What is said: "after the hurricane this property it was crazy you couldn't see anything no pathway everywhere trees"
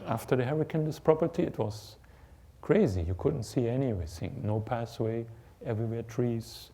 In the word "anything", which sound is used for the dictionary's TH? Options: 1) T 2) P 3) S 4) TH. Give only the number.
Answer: 3